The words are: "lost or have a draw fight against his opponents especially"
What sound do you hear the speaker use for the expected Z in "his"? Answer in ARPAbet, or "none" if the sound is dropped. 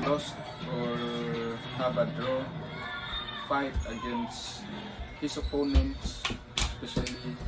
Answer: S